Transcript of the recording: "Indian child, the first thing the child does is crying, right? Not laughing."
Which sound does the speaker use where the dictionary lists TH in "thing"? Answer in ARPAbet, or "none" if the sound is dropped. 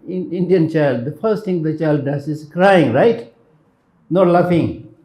T